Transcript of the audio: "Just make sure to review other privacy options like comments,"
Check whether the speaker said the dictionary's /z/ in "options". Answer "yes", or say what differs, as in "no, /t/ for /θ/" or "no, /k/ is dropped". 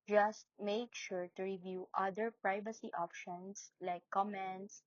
no, /s/ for /z/